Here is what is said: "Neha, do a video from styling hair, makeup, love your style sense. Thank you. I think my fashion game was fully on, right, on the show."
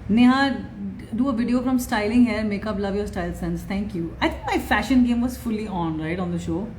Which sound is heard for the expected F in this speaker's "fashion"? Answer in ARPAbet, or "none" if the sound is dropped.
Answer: F